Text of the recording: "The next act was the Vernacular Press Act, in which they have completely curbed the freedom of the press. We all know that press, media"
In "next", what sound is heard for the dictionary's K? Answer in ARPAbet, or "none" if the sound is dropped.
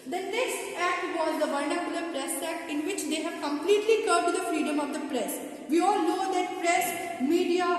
none